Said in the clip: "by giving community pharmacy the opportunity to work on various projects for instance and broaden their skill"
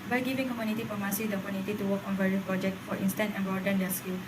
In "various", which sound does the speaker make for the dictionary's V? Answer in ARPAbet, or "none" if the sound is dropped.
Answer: B